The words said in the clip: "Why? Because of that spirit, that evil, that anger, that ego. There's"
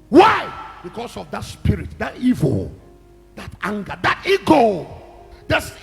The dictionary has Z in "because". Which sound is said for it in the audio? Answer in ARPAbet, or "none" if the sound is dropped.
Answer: S